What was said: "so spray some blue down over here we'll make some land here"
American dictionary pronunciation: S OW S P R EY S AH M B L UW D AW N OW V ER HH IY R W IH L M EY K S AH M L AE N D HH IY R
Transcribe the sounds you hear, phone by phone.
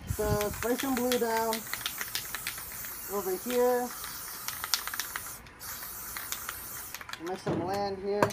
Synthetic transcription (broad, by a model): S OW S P EY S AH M B L UW D AW N OW V ER HH IY R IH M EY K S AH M L AE N D HH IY R